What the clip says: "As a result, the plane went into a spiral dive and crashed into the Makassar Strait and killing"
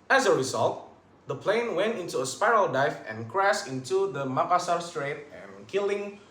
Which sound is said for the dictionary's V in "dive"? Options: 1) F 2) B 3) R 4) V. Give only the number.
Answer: 1